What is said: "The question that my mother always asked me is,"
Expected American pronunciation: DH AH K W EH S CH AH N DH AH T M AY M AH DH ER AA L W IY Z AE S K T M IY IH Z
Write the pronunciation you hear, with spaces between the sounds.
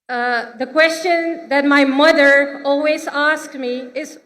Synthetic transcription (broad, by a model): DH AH K W EH S CH AH N DH AH T M AY M AH DH ER AA L W IY Z AE S K T M IY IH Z